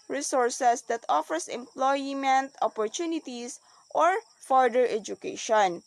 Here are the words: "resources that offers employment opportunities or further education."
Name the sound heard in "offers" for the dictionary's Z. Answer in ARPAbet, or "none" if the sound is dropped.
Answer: S